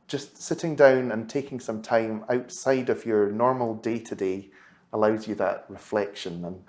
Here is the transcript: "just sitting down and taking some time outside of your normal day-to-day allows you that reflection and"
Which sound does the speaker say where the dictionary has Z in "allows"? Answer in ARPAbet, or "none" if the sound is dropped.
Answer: Z